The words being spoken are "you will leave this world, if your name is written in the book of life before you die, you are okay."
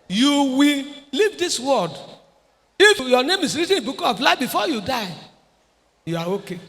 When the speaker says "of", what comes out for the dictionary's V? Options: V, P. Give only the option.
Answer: P